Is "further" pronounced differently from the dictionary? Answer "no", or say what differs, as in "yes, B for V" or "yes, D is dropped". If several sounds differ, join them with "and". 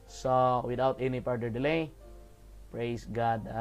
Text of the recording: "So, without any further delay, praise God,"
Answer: yes, P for F